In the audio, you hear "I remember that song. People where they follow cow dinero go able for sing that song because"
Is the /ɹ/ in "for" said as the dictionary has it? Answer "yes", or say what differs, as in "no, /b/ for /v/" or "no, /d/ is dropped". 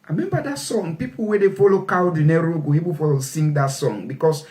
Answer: no, /l/ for /ɹ/